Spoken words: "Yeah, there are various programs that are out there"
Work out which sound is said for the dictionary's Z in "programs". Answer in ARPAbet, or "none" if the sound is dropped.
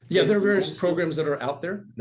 Z